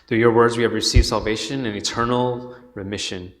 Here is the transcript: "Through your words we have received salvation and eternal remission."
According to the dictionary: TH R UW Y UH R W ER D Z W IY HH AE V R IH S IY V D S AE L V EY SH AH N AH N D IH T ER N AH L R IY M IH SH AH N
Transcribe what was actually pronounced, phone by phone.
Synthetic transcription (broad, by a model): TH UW Y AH R W ER D Z W IY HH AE V R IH S IY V S AE L V EY SH AH N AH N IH T ER N L R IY M IH SH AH N